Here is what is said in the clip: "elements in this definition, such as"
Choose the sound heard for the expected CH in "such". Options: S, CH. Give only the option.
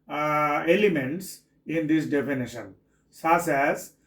S